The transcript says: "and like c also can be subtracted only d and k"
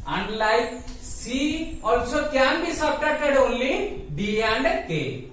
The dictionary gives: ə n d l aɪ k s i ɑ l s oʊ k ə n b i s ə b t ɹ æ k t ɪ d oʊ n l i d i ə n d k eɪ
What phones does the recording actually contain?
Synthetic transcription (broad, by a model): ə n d l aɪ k s i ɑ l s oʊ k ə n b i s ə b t ɑ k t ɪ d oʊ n l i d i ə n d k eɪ